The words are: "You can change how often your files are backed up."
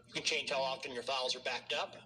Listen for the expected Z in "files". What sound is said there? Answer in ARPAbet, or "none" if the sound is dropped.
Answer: Z